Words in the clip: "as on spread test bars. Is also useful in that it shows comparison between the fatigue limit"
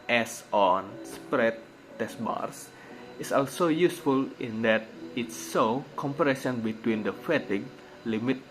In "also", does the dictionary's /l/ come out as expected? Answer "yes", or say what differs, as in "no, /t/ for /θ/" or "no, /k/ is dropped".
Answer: yes